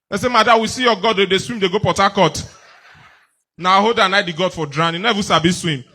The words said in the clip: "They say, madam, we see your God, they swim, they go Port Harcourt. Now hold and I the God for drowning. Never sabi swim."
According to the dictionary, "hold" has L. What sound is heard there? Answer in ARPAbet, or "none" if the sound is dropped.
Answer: none